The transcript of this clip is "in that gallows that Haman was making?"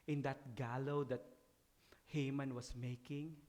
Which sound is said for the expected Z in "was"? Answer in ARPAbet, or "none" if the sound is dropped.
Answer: S